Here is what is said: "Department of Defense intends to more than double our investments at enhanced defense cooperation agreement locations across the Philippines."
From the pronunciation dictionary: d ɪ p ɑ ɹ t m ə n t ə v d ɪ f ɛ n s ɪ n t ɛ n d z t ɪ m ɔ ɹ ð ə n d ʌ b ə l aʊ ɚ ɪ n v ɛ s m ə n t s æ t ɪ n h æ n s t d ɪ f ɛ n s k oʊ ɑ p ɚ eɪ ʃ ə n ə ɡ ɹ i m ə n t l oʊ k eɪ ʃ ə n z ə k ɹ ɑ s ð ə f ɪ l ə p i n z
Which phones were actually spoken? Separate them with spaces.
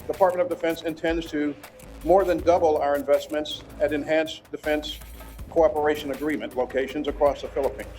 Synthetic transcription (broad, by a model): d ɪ p ɑ ɹ t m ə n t ə v d ɪ f ɛ n s ɪ n t ɛ n d z t ɪ m ɔ ɹ ð ə n d ʌ b l aʊ ɚ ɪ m v ɛ s m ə n t s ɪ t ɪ n h æ n s d ɪ f ɛ n s k oʊ ɑ p ɚ eɪ ʃ ə n ə ɡ ɹ i m ə n t l oʊ k eɪ ʃ ə n z ə k ɹ ɑ s ð ə f ɪ l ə p i n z